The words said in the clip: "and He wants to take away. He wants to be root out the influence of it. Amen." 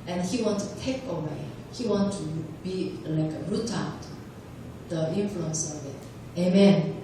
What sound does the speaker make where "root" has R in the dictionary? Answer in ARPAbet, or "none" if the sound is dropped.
R